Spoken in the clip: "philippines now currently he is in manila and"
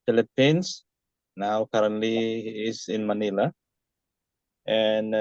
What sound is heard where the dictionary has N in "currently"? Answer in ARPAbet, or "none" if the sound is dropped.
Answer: none